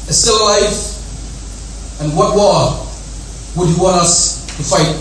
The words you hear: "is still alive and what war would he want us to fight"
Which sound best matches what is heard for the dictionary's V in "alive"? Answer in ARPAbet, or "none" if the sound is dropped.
F